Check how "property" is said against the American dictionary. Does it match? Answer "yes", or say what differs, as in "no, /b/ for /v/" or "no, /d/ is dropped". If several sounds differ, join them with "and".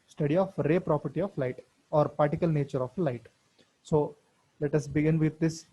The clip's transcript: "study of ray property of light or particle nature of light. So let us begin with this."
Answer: yes